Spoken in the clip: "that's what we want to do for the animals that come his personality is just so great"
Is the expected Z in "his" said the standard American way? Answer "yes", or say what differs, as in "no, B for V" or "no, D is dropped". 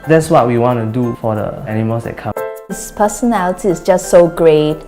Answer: no, S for Z